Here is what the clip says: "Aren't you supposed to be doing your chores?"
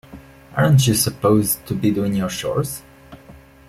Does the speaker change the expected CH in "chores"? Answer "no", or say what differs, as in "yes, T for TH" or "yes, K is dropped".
yes, SH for CH